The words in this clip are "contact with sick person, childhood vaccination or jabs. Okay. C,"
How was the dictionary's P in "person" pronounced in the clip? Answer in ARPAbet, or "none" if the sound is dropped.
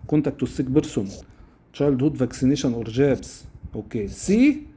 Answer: B